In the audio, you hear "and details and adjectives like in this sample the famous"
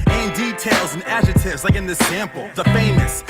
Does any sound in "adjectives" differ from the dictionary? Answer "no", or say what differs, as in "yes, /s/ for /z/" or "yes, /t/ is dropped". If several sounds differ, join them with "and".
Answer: yes, /k/ is dropped